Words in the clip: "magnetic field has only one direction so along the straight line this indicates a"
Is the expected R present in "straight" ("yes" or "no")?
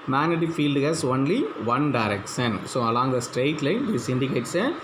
yes